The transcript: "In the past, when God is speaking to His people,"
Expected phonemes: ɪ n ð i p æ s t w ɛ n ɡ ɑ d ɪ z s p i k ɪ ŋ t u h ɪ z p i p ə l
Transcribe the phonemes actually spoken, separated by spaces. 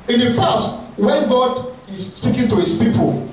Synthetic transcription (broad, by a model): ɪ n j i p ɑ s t w ɛ n ɡ ɑ d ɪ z s p i k ɪ ŋ t u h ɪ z p i p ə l